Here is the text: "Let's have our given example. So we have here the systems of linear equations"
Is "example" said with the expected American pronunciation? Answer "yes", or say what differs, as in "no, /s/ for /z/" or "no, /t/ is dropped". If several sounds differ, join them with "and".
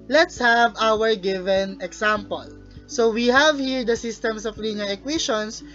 no, /s/ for /z/